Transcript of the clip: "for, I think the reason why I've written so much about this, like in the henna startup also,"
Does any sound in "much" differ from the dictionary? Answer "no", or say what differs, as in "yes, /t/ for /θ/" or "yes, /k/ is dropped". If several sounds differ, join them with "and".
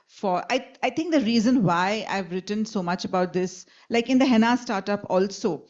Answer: no